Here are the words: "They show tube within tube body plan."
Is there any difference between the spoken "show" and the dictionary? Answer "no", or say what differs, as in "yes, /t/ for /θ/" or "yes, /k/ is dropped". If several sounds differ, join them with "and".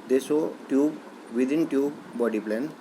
yes, /s/ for /ʃ/